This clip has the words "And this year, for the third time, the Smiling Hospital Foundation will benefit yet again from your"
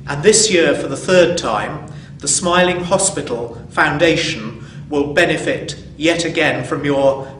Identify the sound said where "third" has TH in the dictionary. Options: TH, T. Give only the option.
TH